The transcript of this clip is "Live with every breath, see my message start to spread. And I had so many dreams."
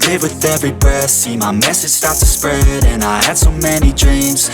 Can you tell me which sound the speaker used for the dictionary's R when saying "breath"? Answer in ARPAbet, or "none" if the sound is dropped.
none